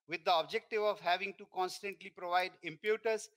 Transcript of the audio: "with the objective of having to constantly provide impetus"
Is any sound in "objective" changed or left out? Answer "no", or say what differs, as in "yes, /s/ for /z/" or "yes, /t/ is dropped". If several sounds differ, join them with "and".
no